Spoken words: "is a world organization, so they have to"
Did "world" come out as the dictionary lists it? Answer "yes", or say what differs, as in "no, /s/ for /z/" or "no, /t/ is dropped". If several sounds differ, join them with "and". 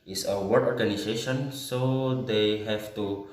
no, /l/ is dropped